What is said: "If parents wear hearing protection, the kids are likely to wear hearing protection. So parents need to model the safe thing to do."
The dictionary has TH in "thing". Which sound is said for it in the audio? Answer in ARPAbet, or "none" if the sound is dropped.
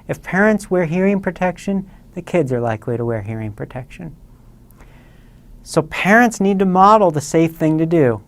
TH